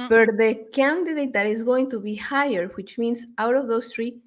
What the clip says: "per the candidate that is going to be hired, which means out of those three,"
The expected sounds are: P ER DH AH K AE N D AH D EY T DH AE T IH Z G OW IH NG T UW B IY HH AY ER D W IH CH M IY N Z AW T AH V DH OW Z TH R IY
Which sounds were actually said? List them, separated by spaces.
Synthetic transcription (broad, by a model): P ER DH AH K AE N D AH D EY T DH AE T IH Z G OW IH NG T UW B IY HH AY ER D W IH CH M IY N S AW T AH V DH OW S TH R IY